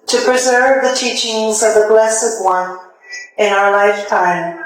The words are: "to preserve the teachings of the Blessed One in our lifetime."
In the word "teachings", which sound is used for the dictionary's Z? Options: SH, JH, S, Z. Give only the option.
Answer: Z